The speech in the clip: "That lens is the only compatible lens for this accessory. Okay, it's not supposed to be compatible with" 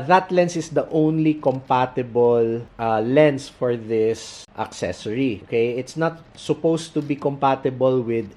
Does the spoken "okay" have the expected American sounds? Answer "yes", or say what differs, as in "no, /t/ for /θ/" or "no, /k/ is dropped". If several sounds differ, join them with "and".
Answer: yes